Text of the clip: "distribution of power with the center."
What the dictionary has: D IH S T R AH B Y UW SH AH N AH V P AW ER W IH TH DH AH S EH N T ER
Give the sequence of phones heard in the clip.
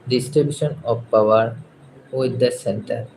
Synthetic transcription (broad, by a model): D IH S T R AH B Y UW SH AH N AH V P AW ER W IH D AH S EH N T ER